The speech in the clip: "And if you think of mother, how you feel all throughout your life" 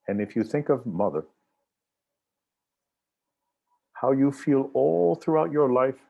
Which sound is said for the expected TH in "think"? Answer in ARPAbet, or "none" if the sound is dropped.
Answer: TH